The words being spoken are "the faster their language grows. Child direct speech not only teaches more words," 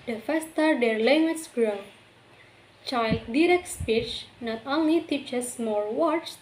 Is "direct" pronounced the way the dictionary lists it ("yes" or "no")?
yes